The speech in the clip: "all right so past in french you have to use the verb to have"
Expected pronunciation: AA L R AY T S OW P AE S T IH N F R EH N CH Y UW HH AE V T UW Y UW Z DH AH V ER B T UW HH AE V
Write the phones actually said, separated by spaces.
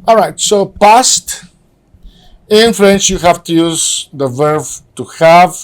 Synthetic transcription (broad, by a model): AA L R AY T S OW P AE S T IH N F R EH N CH Y UW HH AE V T UW Y UW Z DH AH V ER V T UW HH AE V